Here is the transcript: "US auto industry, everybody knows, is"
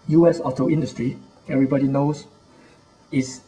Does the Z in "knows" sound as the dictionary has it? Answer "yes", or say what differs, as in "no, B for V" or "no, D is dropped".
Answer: no, S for Z